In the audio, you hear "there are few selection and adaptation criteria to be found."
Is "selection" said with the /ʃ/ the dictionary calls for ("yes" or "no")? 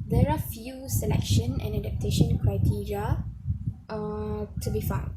yes